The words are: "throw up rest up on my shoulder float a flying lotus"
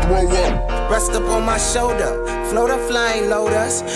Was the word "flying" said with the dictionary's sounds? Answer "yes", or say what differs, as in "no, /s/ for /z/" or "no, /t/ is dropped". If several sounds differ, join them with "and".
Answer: yes